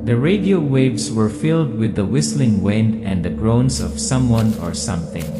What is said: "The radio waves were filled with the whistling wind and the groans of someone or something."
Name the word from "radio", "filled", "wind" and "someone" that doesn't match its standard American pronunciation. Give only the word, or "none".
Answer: none